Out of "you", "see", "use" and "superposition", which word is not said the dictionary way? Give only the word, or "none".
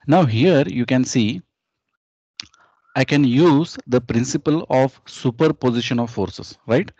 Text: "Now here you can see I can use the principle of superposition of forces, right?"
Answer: none